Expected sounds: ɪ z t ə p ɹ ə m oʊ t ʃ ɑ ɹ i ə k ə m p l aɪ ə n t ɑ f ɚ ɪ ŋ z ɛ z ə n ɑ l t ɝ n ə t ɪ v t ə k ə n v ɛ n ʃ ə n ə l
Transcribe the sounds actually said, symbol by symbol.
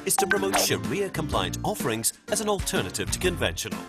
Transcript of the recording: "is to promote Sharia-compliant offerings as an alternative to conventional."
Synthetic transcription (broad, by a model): ɪ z t ə p ɹ ə m oʊ t ʃ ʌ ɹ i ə k ə m p l aɪ ə n t ɑ f ɚ ɪ ŋ z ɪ z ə n ɑ l t ɝ n ə t ɪ v t ə k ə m v ɛ n ʃ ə n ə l